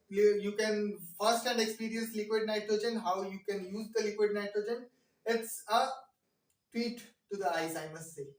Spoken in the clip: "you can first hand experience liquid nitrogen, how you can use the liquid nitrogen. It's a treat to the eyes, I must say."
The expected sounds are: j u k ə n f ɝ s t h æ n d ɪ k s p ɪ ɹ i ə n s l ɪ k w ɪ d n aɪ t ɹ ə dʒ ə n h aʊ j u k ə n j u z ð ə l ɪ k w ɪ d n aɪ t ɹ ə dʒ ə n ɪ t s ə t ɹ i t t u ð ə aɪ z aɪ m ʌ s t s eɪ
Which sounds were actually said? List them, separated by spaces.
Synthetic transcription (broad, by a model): j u k ə n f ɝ s t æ n d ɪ k s p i ɹ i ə n s l ɪ k w ɪ d n aɪ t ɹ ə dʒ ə n h aʊ j u k ə n j u z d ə l ɪ k w ɪ d n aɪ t ə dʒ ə n ɪ t s ə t w i t t u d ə aɪ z aɪ m ʌ s t s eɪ